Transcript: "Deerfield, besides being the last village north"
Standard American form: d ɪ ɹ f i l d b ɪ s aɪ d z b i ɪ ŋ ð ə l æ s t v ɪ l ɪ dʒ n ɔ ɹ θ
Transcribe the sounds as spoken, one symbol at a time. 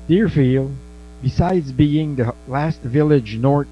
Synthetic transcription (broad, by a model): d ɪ ɹ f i l b ɪ s aɪ d z b i ɪ ŋ ð ə l æ s t v ɪ l ɪ dʒ n ɔ ɹ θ